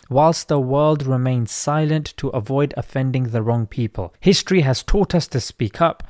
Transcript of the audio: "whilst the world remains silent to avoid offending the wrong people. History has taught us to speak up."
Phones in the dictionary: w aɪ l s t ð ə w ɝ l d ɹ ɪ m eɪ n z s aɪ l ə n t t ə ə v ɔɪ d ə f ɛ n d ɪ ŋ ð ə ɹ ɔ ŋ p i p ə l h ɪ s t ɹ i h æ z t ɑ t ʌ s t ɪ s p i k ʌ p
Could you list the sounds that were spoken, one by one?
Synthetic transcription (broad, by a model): w aɪ l s t ð ə w ɝ l d ɹ ɪ m eɪ n z s aɪ l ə n t t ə ə v ɔɪ d ə f ɛ n d ɪ ŋ ð ə ɹ ɔ ŋ p i p ə l h ɪ s t ɹ i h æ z t ɑ t ʌ s t ɪ s p i k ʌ p